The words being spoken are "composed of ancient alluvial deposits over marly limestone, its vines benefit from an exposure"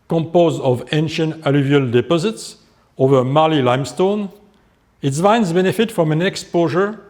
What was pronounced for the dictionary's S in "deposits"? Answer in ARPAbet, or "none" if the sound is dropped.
S